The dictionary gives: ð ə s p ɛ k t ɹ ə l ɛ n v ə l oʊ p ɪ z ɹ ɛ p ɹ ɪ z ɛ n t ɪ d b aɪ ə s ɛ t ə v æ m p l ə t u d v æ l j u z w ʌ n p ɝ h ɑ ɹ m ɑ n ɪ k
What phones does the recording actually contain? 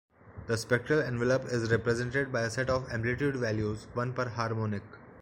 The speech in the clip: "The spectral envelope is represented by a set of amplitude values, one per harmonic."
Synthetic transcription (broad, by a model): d ə s p ɛ k t ɹ ə l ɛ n v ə l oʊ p ɪ z ɹ ɛ p ɹ ɪ z ɛ n t ɪ d b aɪ ə s ɛ t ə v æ m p l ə t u d v æ l j u z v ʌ n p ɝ h ɑ ɹ m ɑ n ɪ k